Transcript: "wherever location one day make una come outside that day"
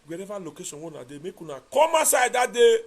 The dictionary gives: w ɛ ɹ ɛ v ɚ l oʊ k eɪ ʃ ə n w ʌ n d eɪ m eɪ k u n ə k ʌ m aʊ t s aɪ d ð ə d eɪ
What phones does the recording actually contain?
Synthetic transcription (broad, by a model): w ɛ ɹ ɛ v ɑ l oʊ k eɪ s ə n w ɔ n d eɪ m eɪ k u n ə k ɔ m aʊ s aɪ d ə d eɪ